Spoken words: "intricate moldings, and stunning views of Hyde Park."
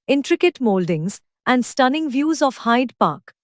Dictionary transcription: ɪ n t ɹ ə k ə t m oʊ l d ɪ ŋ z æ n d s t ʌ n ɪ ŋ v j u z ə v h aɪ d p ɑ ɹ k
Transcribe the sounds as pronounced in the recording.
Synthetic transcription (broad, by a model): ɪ n t ɹ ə k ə t m oʊ l d ɪ ŋ z æ n d s t ʌ n ɪ ŋ v j u z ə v h aɪ d p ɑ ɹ k